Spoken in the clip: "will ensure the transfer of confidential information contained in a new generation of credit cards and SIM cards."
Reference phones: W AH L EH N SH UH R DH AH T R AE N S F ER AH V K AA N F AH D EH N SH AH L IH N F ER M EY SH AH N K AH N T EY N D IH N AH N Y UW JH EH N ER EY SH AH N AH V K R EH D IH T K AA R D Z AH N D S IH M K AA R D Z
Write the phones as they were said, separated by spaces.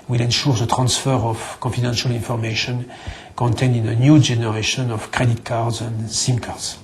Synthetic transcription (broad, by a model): W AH L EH N SH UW R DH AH T R AE N S F ER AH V K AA N F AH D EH N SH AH L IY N F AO M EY SH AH N K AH N T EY N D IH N AH N Y UW JH EH N ER EY SH AH N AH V K R EH D IH T K AA R D Z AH N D S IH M K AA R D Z